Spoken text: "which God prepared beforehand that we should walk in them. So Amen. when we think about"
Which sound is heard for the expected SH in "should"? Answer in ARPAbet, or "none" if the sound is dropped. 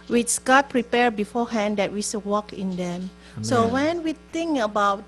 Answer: S